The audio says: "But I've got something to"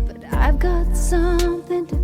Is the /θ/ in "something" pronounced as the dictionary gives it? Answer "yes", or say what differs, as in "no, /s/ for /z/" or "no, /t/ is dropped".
yes